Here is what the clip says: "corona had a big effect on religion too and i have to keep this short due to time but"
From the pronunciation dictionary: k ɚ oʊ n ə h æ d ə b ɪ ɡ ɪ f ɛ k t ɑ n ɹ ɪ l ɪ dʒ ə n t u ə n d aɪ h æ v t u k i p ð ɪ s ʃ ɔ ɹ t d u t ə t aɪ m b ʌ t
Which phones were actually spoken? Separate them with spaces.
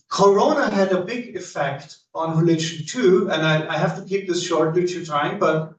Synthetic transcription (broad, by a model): k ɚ oʊ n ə h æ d ə b ɪ ɡ ɪ f ɛ k t ɑ n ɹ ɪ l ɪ ʃ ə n t u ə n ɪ aɪ h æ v t u k i p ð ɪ s ʃ ɔ ɹ t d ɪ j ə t aɪ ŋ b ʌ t